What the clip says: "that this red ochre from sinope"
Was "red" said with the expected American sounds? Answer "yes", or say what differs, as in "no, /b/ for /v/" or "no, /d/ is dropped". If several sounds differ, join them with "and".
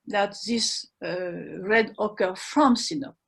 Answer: yes